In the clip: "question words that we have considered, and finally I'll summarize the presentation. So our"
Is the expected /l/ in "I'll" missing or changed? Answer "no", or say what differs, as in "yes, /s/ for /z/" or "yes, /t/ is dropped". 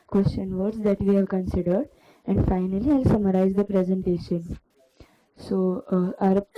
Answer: no